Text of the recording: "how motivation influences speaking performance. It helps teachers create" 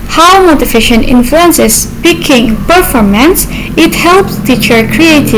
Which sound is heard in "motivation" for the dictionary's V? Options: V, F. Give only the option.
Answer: F